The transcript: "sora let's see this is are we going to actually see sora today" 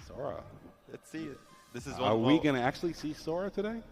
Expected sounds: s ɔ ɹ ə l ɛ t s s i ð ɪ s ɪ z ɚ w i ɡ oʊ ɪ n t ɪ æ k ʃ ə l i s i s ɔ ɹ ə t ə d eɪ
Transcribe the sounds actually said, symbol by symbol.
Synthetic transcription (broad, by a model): s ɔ ɹ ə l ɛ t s s i ð ɪ s ɪ z ɚ w i ɡ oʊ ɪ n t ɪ æ k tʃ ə l i s i s ɔ ɹ ə t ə d eɪ